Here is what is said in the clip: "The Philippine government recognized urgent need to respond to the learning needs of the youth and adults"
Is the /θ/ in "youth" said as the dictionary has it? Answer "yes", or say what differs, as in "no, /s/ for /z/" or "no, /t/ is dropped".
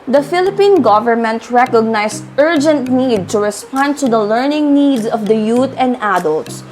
no, /t/ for /θ/